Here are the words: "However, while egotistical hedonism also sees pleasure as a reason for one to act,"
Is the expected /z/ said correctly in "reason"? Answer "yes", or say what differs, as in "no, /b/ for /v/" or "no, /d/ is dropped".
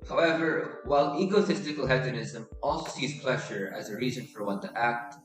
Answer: yes